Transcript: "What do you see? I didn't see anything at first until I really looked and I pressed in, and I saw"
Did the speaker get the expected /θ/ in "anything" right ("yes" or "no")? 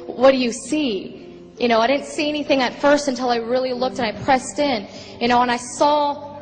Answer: yes